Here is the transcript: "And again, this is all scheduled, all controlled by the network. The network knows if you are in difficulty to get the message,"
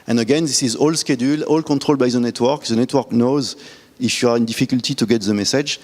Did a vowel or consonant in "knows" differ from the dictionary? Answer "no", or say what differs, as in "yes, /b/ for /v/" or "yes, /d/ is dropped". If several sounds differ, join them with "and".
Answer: no